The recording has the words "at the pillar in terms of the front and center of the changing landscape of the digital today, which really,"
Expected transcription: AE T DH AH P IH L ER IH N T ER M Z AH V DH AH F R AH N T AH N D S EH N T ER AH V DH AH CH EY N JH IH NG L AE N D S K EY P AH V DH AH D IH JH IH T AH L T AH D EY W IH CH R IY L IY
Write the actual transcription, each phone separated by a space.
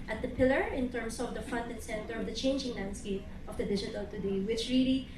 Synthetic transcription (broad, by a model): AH T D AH P IH L ER IH N T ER M S AH V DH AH F AH N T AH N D S EH N T ER AH V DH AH CH EY N JH IH NG L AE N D S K EY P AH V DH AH D IH JH IH T AH L T AH D EY W IH CH R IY L IY